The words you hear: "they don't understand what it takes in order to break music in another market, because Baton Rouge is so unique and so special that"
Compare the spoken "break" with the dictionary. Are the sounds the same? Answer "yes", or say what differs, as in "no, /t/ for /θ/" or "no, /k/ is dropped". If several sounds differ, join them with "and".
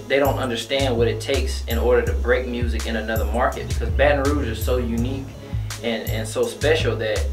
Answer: yes